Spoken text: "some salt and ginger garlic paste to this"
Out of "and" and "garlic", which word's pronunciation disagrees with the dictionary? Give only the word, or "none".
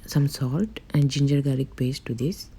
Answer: garlic